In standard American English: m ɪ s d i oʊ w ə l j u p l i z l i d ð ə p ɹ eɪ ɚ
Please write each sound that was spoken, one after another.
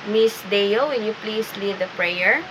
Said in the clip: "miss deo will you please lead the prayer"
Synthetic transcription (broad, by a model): m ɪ s d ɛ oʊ w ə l j u p l i s l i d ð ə p ɹ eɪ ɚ